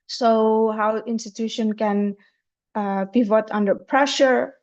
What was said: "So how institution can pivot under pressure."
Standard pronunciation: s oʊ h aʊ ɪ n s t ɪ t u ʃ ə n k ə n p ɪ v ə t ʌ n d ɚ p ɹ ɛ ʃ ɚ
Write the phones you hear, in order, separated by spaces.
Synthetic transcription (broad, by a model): s oʊ h aʊ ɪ n s t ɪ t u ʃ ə n k ə n b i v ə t ʌ n d ɚ p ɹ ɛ ʃ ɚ